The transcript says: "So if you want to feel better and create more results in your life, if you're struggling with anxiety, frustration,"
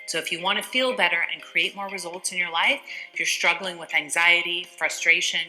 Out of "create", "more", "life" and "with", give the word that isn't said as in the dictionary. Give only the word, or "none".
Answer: life